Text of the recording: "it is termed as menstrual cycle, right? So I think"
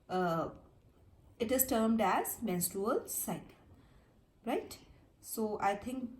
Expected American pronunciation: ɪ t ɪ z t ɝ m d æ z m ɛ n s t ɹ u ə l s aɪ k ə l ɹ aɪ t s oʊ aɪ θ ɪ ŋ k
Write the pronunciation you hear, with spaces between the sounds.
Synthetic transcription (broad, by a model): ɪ t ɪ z t ɝ m d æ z m ɛ n s t ɹ u ə l s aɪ ə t ɹ aɪ t s oʊ aɪ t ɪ ŋ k